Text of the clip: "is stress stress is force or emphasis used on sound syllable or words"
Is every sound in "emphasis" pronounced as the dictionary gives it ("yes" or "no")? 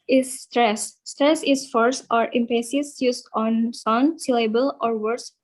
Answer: no